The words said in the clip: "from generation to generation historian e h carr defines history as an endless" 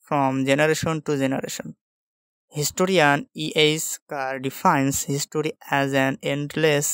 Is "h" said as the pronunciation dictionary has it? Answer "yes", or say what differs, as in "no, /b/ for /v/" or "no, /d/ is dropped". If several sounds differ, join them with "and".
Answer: no, /s/ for /tʃ/